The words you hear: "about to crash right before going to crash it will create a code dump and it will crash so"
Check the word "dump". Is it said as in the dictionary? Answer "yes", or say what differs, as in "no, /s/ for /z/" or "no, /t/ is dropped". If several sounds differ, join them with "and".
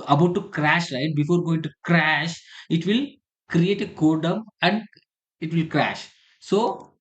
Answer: no, /p/ is dropped